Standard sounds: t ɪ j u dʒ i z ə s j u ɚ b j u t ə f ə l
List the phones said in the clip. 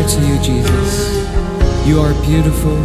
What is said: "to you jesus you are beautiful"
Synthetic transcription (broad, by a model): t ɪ j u dʒ i z ə s j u ɚ b j u t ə f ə l